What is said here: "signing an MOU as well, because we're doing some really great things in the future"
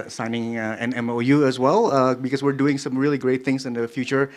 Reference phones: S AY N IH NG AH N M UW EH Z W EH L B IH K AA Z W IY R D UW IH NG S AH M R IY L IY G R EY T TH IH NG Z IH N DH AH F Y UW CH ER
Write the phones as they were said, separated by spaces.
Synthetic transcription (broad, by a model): S AY N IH NG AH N M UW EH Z W EH L B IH K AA S W IY R D UW IH NG S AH M R IY L IY G R EY T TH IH NG S IH N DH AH F Y UW CH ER